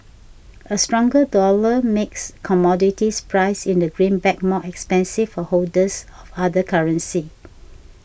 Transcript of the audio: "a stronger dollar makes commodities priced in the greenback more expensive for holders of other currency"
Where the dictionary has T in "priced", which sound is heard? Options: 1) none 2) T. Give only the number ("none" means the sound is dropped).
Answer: 1